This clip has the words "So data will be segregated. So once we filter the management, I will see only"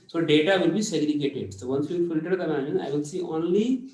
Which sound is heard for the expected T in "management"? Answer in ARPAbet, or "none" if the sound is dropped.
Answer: none